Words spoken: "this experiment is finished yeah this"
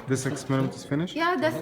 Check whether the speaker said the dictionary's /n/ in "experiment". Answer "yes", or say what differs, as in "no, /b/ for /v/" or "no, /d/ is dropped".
no, /n/ is dropped